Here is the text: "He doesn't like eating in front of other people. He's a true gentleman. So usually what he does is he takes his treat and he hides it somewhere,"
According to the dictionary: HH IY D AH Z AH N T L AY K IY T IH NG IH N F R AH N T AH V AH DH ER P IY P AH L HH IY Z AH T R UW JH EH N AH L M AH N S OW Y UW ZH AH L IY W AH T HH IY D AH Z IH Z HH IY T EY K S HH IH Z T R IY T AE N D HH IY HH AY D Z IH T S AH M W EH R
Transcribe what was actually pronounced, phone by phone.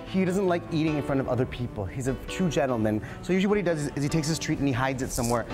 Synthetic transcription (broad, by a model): HH IY D AH Z AH N T L AY K IY T IH NG IH N F R AH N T AH V AH DH ER P IY P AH L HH IY Z AH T UW JH EH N L M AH N S OW Y UW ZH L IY W AH T HH IY D AH Z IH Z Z IY T EY K S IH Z T R IY T N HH IY HH AY D Z IH T S AH M W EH R